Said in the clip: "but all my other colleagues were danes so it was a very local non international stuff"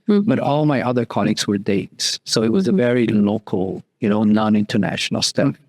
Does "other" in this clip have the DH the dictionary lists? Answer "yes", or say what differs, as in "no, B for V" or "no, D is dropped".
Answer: yes